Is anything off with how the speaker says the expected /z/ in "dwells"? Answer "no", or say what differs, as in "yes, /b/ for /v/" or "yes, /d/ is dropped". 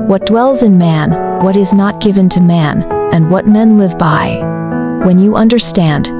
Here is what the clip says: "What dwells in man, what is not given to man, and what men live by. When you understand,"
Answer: no